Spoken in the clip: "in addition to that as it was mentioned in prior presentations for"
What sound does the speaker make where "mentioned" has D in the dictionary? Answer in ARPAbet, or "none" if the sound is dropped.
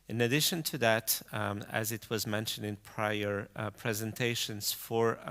D